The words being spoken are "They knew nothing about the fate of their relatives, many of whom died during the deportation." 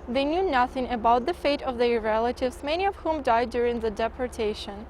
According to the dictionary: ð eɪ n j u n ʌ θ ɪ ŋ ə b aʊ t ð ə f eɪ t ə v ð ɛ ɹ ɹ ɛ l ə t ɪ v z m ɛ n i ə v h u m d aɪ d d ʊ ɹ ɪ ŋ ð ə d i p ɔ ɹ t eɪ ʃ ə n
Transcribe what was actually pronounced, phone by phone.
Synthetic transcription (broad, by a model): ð eɪ n j u n ʌ θ ɪ ŋ ə b aʊ t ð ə f eɪ t ə v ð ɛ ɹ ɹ ɛ l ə t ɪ v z m ɛ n i ə v h u m d aɪ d d ʊ ɹ ɪ ŋ ð ə d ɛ p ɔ ɹ t eɪ ʃ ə n